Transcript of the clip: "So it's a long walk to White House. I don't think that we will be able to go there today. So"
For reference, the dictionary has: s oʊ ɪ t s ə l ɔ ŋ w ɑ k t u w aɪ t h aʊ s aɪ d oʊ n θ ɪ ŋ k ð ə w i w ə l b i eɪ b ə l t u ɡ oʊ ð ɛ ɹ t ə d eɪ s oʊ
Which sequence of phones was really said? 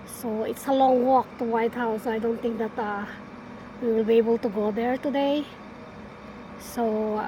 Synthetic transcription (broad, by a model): s oʊ ɪ t s ə l ɔ ŋ w ɑ k t u w aɪ t h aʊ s aɪ d oʊ n t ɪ ŋ k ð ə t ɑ w ə l b i eɪ b ə l t u ɡ oʊ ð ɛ ɹ t ə d eɪ s oʊ